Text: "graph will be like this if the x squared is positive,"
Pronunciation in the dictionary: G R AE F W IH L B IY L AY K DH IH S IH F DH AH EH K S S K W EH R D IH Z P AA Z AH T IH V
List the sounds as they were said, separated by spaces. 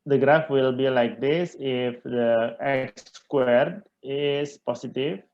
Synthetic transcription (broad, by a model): G R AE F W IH L B IY L AY K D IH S IH F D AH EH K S S K W EH R D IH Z P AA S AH T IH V